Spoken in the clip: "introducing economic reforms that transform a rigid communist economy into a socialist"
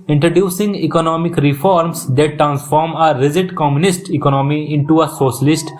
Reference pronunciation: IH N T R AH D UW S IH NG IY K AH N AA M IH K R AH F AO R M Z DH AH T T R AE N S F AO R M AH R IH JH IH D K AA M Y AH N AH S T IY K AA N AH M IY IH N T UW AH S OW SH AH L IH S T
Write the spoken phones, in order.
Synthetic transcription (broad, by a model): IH N T R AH D UW S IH NG IY K AH N AA M IH K R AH F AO R M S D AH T T R AE N S F AO R M AH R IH Z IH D K AA M Y AH N AH S T IY K AA N AH M IY IH N T UW AH S OW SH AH L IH S T